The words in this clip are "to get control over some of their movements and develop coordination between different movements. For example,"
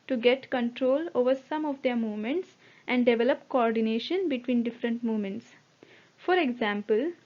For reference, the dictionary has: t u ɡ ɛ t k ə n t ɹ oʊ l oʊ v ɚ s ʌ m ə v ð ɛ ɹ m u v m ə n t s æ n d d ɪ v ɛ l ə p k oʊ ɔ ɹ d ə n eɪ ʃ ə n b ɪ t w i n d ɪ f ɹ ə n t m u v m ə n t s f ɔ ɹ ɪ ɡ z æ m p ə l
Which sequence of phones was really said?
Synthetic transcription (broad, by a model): t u ɡ ɛ t k ə n t ɹ oʊ l oʊ v ɚ s ʌ m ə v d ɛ ɹ m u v m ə n t s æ n d d ɪ v ɛ l ə p k oʊ ɔ ɹ d ə n eɪ ʃ ə n b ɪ t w i n d ɪ f ɹ ə n t m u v m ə n t s f ɔ ɹ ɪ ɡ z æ m p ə l